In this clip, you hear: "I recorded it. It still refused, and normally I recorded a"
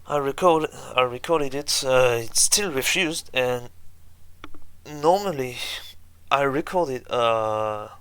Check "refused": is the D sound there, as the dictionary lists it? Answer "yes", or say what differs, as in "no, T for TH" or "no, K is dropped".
yes